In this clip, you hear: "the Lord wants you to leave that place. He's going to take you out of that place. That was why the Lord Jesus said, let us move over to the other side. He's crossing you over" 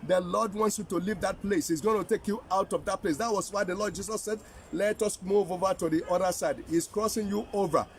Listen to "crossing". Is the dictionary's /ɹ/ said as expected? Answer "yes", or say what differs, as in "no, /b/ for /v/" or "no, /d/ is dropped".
yes